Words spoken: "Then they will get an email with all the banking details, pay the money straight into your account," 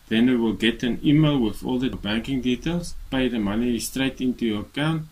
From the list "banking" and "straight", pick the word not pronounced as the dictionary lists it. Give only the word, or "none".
none